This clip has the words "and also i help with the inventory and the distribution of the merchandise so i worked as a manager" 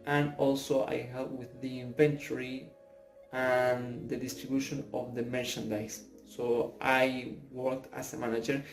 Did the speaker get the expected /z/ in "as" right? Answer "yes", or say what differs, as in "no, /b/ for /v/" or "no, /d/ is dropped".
no, /s/ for /z/